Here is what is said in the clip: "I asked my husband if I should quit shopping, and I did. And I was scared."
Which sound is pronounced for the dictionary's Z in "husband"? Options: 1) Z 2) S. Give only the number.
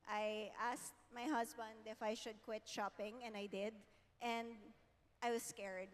2